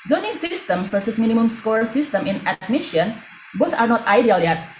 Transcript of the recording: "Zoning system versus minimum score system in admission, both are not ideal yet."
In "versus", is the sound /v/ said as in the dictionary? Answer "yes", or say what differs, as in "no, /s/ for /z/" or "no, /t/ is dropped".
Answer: no, /f/ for /v/